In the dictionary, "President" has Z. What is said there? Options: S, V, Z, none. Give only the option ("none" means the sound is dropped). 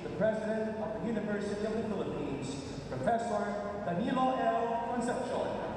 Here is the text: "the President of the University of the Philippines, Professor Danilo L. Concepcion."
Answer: Z